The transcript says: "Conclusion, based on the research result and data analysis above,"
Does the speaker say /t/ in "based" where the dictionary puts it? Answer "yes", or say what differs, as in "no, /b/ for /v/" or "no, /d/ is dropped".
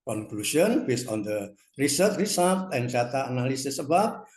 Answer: no, /t/ is dropped